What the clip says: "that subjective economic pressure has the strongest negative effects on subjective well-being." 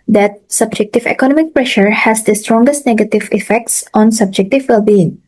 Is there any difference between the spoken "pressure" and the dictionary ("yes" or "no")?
no